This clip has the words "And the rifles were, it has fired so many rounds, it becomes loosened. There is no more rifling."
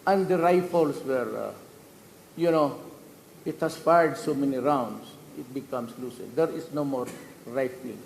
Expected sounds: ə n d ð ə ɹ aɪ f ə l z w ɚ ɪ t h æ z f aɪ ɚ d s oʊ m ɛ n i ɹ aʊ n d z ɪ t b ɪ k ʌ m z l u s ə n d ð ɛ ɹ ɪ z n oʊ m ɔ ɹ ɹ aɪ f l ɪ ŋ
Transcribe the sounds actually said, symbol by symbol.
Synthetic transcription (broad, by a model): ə n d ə ɹ aɪ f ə l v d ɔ ɪ t h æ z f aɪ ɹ d s oʊ m ɛ n i ɹ aʊ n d s ɪ t b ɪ k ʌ m s l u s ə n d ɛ ɹ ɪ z n oʊ m ɔ ɹ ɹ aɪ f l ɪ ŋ